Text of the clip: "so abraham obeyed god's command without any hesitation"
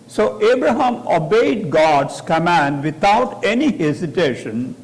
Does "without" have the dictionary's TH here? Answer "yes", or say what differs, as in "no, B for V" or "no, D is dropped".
no, T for TH